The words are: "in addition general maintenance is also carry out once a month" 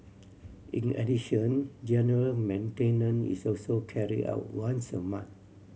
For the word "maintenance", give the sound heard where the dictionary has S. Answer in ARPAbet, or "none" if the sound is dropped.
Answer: none